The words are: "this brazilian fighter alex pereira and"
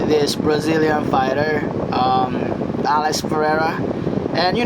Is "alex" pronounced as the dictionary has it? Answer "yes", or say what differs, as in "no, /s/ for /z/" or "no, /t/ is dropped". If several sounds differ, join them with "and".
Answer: no, /k/ is dropped